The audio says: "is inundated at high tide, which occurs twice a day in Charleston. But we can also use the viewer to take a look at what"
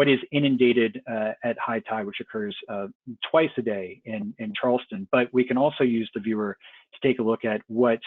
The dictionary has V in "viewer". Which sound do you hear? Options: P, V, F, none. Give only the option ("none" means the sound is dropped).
V